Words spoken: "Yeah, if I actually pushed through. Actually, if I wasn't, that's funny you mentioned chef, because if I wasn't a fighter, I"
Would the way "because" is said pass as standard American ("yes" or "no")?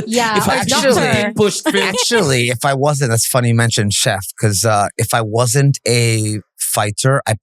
no